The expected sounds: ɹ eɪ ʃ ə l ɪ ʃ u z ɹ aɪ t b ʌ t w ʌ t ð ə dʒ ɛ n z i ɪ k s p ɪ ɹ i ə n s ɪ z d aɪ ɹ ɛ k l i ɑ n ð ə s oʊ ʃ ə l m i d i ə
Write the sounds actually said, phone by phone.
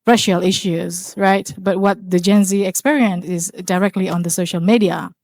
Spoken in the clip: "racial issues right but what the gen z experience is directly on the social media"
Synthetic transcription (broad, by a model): ɹ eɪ ʃ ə l ɪ ʃ u z ɹ aɪ t b ʌ t w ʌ t ð ə dʒ ɛ n z i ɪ k s p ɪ ɹ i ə n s ɪ z d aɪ ɹ ɛ k l i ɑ n ð ə s oʊ ʃ ə l m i d i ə